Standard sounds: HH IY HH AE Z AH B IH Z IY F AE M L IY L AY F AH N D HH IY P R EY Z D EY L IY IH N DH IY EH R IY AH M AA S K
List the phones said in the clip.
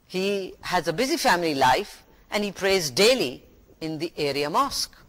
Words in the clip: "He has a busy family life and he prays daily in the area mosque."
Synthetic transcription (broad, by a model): HH IY HH AE Z AH B IH Z IY F AE M L IY L AY F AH N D HH IY P R EY Z D EY L IY IH N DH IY EH R IY AH M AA S K